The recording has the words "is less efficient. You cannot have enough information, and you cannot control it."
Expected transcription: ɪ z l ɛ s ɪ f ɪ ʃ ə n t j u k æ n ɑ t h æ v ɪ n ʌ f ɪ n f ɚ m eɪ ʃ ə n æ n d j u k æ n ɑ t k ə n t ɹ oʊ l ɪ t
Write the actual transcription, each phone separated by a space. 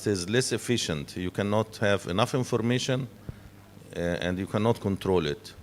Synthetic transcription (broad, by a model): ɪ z l ɛ s ɪ f ɪ ʃ ə n t j u k æ n ɑ t h æ v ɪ n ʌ f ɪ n f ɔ m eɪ ʃ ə n æ n d j u k æ n ɑ t k ə n t ɹ oʊ l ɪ t